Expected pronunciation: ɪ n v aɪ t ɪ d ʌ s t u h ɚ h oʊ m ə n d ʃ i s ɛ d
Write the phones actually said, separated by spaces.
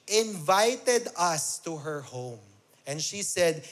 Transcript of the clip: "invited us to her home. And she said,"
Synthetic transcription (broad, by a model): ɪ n v aɪ t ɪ d ʌ s t u h ɚ h oʊ m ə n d ʃ i s ɛ d